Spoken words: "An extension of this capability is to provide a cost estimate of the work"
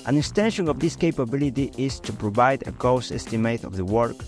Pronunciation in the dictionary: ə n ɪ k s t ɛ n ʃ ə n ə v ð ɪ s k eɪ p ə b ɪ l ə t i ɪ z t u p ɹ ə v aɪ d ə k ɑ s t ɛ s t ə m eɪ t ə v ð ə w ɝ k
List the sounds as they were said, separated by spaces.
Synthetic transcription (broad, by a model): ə n ɪ k s t ɛ n ʃ ə n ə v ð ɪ s k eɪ p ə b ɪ l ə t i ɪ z t u p ɹ ə v aɪ d ə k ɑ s ɛ s t ə m eɪ t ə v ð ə w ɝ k